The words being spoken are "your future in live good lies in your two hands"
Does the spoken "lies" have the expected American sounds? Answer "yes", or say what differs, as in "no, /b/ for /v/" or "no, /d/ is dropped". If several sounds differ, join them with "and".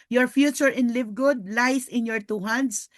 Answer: no, /s/ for /z/